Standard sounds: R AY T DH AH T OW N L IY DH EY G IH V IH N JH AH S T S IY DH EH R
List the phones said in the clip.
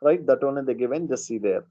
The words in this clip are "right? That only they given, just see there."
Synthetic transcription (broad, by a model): R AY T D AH T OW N IY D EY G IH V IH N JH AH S S IY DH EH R